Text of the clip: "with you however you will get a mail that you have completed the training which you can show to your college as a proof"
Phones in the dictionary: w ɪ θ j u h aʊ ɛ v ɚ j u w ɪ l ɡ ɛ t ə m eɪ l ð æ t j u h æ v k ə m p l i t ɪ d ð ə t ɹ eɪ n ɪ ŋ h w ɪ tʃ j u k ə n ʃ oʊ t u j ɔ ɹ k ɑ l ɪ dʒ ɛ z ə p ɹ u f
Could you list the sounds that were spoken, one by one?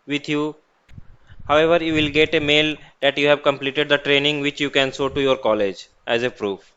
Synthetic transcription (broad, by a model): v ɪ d j u h aʊ ɛ v ɚ j u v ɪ l ɡ ɛ t ə m eɪ l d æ t j u h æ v k ə m p l i t ɪ d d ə t ɹ eɪ n ɪ ŋ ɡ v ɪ tʃ j u k ə n s oʊ t u j ɔ ɹ k ɑ l ɪ dʒ ɛ z ə p ɹ u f